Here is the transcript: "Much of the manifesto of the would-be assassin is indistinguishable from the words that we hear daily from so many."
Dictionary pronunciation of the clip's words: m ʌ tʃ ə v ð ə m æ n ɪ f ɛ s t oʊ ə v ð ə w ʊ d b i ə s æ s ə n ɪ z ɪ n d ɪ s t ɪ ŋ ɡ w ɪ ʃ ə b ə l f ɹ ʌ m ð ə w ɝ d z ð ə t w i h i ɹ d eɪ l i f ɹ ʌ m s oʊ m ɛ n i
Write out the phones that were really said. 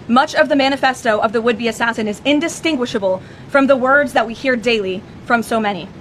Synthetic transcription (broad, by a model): m ʌ tʃ ə v ð ə m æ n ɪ f ɛ s t oʊ ə v ð ə w ʊ d b i ə s æ s ə n ɪ z ɪ n d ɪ s t ɪ ŋ ɡ w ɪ ʃ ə b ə l f ɹ ʌ m ð ə w ɝ d z ð ə t w i h i ɹ d eɪ l i f ɹ ʌ m s oʊ m ɛ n i